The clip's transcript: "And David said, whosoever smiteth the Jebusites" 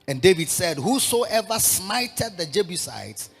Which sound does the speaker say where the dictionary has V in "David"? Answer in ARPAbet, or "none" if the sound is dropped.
V